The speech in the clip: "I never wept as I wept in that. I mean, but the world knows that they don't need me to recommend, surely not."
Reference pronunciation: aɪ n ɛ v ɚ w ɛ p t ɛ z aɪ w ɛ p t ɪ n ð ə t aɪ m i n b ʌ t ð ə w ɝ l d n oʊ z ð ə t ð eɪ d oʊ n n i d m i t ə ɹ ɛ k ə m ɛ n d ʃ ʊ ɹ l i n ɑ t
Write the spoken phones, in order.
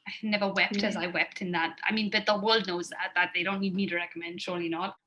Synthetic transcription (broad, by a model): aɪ n ɛ v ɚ w ɛ p t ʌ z aɪ w ɛ p t ɪ n ð ə t aɪ m i n b ʌ t ð ə w ɝ l d n oʊ z ð ə t ð eɪ d oʊ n n i d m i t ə ɹ ɛ k ə m ɛ n d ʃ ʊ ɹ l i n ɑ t